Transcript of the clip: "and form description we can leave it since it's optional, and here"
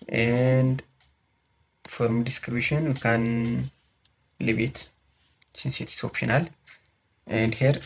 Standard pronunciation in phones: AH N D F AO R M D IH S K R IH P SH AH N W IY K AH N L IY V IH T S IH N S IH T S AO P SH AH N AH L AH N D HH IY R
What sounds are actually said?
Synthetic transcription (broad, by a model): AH N D F AO R M D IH S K R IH B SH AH N K AH N L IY B IH T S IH N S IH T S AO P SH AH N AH L AH N D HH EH R